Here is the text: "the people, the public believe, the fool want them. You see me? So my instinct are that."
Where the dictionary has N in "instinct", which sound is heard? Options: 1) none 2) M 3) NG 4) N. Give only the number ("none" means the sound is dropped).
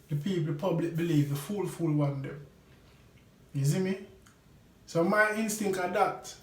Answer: 4